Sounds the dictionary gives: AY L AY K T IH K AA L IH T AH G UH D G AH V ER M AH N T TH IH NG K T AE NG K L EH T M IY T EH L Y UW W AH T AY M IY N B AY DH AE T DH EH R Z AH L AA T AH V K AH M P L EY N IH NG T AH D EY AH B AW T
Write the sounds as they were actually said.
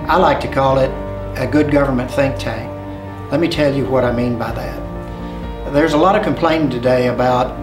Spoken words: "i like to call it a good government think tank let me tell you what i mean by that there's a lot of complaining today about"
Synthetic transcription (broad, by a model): AY L AY K T IH K AA L IH T AH G UH D G AH V ER M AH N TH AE NG K T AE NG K L EH T M IY T EH L Y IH W AH T AY M IY N B AY DH AE T DH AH R Z AH L AA T AH V K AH M P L EY IH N T AH D EY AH B AW T